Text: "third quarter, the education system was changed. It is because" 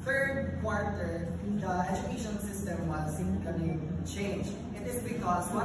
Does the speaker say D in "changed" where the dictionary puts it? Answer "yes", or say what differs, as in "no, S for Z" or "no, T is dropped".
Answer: no, D is dropped